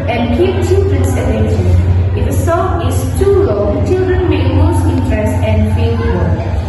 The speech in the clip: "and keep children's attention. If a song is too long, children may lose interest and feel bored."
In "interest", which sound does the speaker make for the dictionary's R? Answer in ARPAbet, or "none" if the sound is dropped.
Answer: R